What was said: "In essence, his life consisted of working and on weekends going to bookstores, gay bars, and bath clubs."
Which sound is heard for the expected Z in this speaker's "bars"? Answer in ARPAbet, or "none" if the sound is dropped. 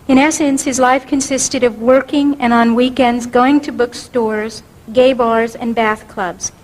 Z